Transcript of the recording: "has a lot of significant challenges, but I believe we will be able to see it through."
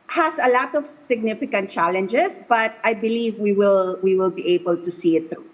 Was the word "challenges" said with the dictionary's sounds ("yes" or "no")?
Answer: no